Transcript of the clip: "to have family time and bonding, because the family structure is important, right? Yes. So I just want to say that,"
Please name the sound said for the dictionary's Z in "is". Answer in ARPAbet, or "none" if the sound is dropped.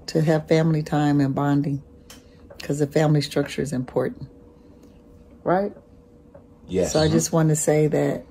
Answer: Z